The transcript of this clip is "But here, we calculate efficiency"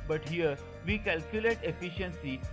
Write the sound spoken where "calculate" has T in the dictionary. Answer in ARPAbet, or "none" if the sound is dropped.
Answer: T